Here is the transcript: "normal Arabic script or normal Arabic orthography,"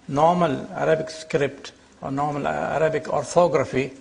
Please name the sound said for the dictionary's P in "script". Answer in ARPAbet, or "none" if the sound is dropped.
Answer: P